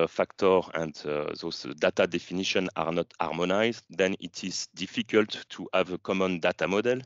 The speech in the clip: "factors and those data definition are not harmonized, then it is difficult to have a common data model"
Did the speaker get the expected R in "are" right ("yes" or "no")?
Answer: yes